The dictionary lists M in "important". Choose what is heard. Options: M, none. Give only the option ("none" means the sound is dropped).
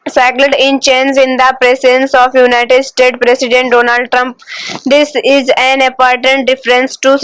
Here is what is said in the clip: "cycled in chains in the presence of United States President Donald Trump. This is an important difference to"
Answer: none